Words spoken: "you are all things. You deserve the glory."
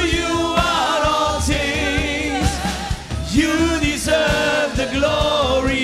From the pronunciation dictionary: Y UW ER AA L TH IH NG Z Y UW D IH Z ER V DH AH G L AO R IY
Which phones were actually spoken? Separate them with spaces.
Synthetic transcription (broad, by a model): Y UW ER AA L T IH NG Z Y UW D IH Z ER V DH AH G L AO R IY